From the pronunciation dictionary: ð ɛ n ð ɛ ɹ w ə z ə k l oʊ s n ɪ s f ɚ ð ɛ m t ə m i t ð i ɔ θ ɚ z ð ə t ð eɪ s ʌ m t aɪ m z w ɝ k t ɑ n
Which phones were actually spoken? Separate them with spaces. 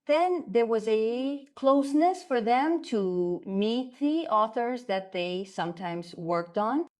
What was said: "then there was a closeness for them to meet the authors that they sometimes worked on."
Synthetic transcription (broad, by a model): ð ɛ n ð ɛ ɹ w ə z ə k l oʊ s n ɪ s f ɚ ð ɛ m t ə m i t ð i ɔ θ ɚ z ð ə t ð eɪ s ʌ m t aɪ m z w ɝ k t n